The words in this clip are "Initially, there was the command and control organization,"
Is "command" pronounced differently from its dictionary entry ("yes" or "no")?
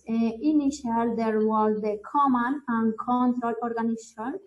yes